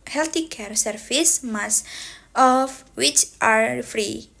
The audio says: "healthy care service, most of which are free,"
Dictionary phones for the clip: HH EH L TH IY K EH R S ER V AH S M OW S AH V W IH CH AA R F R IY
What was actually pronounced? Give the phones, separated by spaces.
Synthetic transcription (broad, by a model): HH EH L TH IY K EH R S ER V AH S M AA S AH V W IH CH AA R F R IY